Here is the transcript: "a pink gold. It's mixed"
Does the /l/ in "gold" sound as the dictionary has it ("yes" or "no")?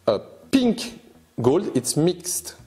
yes